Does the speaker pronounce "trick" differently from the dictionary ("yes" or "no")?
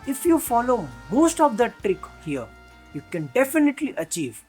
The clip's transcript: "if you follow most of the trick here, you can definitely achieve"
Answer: no